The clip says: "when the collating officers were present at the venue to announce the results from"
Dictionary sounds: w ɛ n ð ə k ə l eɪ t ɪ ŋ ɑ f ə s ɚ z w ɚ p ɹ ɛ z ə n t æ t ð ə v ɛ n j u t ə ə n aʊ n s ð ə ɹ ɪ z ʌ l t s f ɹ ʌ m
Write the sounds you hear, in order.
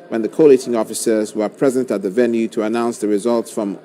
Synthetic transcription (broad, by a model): w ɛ n ð ə k ə l eɪ t ɪ ŋ ɑ f ə s ɚ z w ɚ p ɹ ɛ z ə n t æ t ð ə v ɛ n j u t ə ə n aʊ n s ð ə ɹ ɪ z ʌ l t s f ɹ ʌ m